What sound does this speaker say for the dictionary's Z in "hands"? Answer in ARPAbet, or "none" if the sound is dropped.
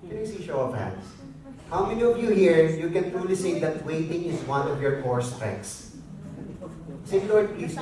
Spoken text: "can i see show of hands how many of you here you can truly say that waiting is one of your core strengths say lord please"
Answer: S